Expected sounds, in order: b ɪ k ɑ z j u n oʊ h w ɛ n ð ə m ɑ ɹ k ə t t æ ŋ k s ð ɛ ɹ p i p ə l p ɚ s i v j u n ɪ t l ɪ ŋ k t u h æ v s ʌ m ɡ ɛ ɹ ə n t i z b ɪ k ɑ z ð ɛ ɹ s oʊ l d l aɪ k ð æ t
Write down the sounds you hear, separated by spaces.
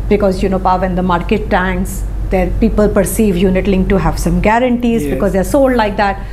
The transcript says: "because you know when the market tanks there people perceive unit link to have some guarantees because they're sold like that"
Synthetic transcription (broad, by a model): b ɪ k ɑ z j u n oʊ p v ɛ n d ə m ɑ ɹ k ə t t æ ŋ k s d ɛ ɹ p i p ə l p ɚ s i v j u n ɪ t l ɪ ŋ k t u h æ v s ʌ m ɡ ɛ ɹ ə n t i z b ɪ k ɑ z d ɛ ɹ s oʊ l d l aɪ k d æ t